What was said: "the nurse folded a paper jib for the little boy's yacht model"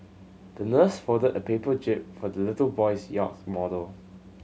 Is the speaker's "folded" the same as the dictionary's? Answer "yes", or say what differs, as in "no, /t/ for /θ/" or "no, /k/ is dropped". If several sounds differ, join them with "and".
no, /l/ is dropped